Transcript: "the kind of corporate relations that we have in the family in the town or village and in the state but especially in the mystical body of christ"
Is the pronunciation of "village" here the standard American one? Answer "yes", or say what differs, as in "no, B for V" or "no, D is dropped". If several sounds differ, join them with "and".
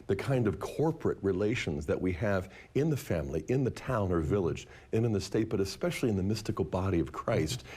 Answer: yes